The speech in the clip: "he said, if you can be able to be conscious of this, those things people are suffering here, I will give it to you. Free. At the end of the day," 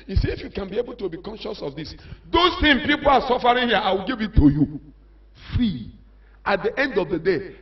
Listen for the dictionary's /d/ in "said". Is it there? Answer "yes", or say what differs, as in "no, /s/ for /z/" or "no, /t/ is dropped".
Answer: no, /d/ is dropped